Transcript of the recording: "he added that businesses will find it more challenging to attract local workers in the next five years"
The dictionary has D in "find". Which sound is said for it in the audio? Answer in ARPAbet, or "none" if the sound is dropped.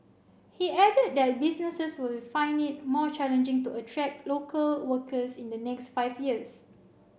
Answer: none